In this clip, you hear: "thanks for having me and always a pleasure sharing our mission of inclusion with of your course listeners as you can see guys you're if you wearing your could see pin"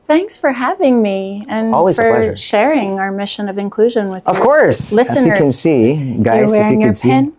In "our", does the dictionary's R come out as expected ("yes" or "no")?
yes